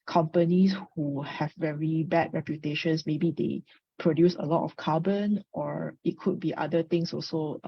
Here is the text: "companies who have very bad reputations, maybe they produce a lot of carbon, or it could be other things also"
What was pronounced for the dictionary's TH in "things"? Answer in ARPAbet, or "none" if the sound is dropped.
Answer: T